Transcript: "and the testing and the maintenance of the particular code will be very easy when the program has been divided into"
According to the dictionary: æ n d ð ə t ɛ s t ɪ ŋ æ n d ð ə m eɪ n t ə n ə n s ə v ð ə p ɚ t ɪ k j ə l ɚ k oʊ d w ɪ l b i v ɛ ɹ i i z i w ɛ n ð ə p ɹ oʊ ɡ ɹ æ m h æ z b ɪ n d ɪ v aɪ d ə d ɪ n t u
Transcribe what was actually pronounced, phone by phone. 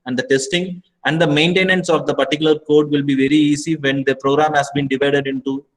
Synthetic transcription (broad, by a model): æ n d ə t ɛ s t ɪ ŋ æ n d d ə m eɪ n t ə n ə n s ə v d ə p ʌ t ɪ k j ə l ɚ k oʊ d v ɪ l b i v ɛ ɹ i i s i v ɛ n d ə p ɹ oʊ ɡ ɹ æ m h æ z b ɪ n d ɪ v aɪ d ə d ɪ n t u